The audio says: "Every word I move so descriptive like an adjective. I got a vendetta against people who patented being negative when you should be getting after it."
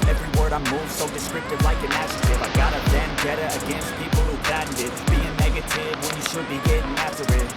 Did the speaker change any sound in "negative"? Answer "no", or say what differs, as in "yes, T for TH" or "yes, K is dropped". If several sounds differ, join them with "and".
no